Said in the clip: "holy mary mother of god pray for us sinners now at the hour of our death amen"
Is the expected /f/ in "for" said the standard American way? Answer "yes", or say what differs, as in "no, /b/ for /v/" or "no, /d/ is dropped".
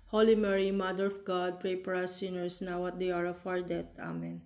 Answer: no, /p/ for /f/